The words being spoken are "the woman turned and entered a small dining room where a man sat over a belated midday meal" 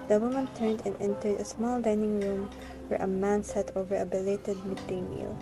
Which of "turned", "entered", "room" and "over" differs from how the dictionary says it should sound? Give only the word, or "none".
none